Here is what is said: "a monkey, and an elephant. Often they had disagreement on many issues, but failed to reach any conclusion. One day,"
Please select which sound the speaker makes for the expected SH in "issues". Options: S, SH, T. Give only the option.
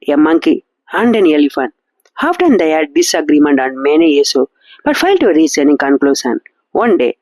S